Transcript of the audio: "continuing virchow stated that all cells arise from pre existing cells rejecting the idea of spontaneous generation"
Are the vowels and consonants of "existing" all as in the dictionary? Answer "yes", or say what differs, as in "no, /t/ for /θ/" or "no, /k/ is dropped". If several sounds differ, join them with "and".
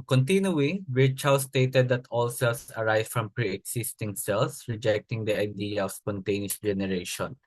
no, /s/ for /z/